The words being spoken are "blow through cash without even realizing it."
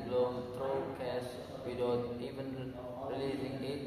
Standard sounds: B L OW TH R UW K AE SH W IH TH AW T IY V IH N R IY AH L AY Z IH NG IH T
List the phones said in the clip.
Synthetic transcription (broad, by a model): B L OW T R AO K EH S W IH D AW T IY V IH N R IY L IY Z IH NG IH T